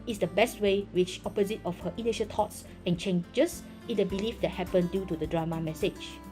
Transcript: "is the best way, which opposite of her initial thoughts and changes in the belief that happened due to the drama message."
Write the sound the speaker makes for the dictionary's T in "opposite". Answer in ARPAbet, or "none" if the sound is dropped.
T